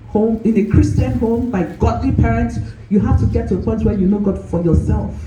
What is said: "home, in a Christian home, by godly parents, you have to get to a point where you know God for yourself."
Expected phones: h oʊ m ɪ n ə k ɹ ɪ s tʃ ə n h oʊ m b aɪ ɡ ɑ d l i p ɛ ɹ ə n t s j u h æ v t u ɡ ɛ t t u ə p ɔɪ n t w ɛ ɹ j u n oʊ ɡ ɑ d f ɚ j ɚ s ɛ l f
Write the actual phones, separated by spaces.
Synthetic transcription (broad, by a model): h oʊ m ɪ n ə k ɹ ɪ s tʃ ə n h oʊ m b aɪ ɡ ɑ d l i p ɛ ɹ ə n t s j u h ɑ f t u ɡ ɛ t t u ə p ɔɪ n t w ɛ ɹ j u n oʊ ɡ ɑ d f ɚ j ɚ s ɛ l f